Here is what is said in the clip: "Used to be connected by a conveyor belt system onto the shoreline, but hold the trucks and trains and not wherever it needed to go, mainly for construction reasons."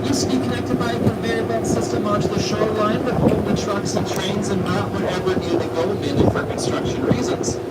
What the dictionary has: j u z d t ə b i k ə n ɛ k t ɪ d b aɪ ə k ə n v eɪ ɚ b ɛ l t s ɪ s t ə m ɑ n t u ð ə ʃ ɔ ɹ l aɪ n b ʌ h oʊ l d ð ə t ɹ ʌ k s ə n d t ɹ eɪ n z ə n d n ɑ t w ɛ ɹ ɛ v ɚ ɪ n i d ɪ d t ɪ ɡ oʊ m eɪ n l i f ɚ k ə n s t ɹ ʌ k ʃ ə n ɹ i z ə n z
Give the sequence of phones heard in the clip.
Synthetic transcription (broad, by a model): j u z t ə b i k ə n ɛ k t ɪ d b aɪ ə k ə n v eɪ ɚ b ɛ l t s ɪ s t ə m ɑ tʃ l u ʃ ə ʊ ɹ l aɪ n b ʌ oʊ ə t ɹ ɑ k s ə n t ɹ eɪ n z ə n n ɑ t w ɛ ɹ ɛ v ɚ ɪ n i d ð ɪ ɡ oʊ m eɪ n i f ɚ k ə n s t ɹ ʌ k ʃ ə n ɹ i z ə n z